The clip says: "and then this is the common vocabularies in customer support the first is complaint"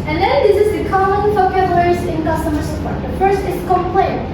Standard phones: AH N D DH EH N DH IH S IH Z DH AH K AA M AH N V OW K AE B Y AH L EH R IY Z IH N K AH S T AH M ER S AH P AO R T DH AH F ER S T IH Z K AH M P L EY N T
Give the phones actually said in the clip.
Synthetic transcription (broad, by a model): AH N DH EH N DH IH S IH Z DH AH K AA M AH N F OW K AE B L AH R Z IH N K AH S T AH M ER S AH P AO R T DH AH F ER S T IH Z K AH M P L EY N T